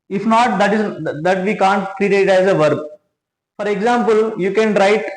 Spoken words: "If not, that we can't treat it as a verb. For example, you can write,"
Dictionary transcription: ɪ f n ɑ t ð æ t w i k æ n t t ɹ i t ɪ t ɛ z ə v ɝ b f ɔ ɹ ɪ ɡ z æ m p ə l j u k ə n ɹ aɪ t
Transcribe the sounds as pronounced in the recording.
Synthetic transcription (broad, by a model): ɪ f n ɑ t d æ t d i k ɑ n t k ɹ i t ɪ t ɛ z ə v ɝ b f ɔ ɹ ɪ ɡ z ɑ m p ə l j u k ə n ɹ aɪ t